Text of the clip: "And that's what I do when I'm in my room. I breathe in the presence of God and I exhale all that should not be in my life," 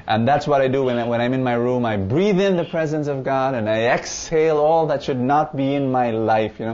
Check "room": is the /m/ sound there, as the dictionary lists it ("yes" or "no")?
yes